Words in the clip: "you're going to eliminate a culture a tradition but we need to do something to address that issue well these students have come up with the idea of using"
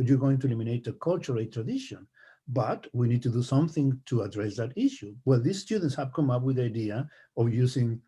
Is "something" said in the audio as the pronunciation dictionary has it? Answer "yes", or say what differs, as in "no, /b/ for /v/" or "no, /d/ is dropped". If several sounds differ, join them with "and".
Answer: yes